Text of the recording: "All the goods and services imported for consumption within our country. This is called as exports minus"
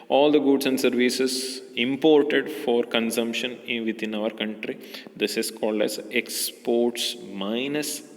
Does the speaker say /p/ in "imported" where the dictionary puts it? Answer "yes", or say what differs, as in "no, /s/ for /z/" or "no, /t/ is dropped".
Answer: yes